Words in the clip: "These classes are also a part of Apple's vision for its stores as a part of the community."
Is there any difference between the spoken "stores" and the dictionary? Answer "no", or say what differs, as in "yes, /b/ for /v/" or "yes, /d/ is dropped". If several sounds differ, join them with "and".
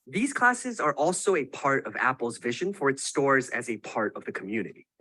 no